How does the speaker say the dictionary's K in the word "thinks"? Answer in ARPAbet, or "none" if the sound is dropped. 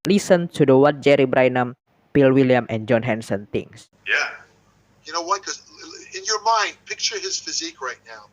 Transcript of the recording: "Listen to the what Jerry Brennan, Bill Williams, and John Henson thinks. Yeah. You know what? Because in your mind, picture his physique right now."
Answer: none